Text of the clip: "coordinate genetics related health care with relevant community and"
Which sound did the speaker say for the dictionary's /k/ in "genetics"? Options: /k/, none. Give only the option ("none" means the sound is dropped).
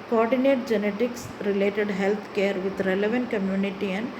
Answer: /k/